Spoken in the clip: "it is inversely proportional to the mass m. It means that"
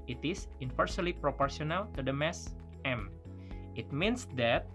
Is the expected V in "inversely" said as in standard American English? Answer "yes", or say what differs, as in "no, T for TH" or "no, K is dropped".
no, F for V